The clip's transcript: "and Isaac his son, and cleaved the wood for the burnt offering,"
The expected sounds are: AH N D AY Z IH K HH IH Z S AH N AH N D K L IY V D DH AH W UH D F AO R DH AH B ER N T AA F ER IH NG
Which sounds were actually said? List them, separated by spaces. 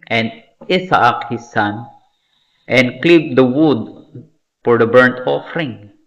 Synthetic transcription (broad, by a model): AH N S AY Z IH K HH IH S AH N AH N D K L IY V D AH W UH D F AO R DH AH B ER N T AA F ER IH NG